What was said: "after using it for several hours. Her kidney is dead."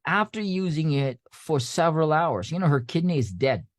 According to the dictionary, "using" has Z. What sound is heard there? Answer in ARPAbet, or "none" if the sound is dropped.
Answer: Z